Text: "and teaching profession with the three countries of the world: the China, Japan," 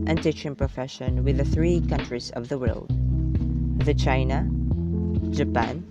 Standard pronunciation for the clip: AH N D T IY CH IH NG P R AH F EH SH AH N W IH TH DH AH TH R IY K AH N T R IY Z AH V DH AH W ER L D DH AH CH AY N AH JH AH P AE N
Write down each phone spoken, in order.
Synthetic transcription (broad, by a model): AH N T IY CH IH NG P R AH F EH SH AH N W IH DH AH TH R IY K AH N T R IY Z AH V DH AH W ER L D DH AH CH AY N AH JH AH P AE N